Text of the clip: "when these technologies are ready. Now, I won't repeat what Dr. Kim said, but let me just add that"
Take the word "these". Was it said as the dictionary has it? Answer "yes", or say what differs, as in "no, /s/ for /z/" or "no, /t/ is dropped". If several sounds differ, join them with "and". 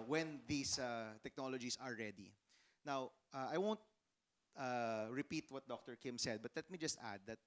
no, /s/ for /z/